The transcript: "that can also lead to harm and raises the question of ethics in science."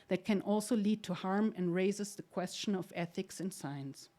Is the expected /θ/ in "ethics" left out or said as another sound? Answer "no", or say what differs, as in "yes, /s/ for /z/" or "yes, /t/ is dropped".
no